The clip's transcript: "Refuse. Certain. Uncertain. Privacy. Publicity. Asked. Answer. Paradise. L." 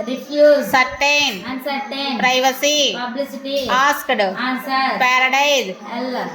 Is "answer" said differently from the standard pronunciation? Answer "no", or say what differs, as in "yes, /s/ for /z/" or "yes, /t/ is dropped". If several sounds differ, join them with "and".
yes, /n/ is dropped